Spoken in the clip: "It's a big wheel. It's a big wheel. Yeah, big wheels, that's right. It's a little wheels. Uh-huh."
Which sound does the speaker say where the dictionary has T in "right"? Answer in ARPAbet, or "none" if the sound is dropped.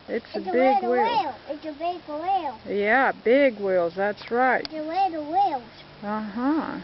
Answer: none